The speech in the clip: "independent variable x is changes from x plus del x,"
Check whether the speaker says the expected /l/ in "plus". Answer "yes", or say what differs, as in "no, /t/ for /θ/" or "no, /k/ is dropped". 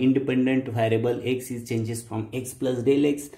yes